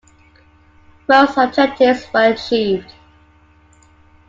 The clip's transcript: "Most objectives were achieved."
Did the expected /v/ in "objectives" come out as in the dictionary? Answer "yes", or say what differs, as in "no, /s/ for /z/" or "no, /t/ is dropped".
no, /v/ is dropped